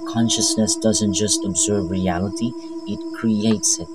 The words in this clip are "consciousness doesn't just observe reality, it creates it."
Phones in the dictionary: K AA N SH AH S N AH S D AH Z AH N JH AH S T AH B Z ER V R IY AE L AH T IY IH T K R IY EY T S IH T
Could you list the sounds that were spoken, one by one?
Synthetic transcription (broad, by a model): K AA N SH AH S N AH S D AH Z AH N JH AH S T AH B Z ER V R IY AE L AH T IY IH T K R IY EY T S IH T